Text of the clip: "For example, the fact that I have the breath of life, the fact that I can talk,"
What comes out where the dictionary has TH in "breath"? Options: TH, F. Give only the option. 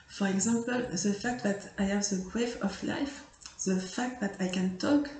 F